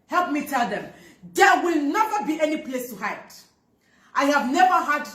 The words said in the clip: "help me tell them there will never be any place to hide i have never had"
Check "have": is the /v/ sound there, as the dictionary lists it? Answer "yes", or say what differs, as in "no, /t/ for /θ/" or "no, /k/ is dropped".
yes